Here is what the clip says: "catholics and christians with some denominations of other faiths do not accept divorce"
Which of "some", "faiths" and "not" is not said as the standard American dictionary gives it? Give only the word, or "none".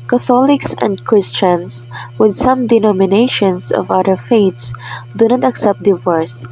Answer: faiths